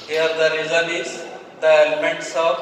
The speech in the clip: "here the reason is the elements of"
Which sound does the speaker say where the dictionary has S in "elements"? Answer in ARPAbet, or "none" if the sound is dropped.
S